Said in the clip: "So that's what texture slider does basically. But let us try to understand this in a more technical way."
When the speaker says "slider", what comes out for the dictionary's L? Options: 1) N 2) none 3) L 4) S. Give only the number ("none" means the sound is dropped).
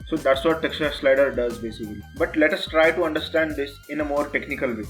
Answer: 3